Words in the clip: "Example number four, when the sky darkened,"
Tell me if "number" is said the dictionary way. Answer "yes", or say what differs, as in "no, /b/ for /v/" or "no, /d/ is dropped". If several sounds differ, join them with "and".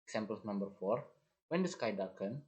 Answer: yes